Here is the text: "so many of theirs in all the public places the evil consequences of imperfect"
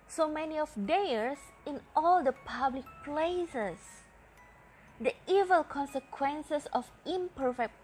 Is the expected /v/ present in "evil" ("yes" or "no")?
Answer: yes